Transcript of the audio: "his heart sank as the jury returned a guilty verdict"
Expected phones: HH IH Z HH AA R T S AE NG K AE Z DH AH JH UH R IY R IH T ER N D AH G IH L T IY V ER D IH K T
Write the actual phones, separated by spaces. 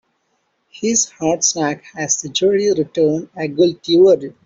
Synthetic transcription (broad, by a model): HH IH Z HH AA R T S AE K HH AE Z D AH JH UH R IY R IH T ER N D AH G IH L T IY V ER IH T